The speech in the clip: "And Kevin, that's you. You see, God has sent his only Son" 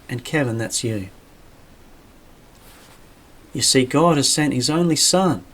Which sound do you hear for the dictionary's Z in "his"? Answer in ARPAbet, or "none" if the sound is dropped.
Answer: Z